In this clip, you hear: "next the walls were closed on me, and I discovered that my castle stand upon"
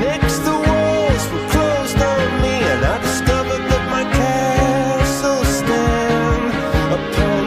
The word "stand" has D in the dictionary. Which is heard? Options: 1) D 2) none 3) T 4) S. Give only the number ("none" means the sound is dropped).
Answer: 2